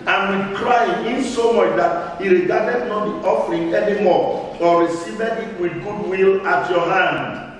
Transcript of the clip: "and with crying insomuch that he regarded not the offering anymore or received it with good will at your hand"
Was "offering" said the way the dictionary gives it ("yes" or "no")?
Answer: yes